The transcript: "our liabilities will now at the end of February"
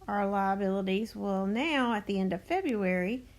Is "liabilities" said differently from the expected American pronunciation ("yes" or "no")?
no